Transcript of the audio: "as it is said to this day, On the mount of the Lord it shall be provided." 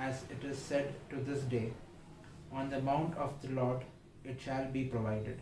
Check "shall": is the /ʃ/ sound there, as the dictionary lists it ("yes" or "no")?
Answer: yes